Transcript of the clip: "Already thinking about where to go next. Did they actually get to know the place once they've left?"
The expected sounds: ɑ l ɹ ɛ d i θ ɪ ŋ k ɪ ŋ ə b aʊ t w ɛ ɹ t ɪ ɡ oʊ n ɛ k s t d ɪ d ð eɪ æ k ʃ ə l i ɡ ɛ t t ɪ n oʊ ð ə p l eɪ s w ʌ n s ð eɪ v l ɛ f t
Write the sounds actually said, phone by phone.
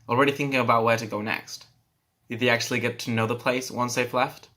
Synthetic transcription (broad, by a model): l ɹ ɛ d i θ ɪ ŋ k ɪ ŋ ə b aʊ t w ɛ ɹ t ɪ ɡ oʊ n ɛ k s t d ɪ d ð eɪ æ k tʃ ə l i ɡ ɛ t t ɪ n oʊ ð ə p l eɪ s w ʌ n s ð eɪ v l ɛ f t